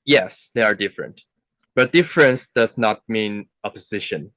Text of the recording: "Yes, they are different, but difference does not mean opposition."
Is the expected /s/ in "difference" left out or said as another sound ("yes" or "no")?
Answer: no